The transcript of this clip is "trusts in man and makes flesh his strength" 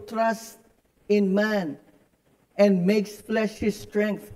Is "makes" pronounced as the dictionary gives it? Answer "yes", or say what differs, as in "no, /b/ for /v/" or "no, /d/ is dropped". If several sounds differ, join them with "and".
yes